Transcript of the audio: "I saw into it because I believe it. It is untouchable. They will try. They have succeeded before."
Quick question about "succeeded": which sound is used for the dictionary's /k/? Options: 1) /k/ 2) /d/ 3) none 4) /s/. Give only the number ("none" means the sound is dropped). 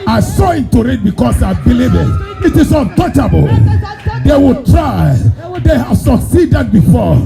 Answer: 1